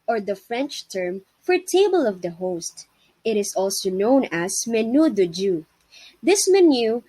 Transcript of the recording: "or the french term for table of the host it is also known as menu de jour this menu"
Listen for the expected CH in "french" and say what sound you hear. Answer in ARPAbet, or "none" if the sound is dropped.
CH